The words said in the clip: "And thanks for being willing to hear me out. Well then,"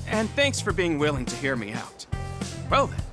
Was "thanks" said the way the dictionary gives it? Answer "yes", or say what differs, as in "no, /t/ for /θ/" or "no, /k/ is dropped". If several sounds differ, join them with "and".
yes